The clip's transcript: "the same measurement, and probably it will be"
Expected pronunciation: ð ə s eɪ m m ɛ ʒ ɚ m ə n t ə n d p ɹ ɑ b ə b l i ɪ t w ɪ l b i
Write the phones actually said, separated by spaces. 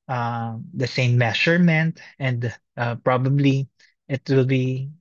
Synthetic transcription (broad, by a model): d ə s eɪ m m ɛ ʃ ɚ m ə n t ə n d p ɹ ɑ b ə b l i ɪ t w ɪ l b i